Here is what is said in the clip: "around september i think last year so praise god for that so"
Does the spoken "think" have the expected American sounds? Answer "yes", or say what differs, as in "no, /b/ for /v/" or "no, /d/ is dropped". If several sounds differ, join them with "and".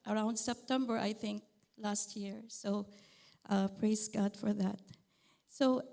yes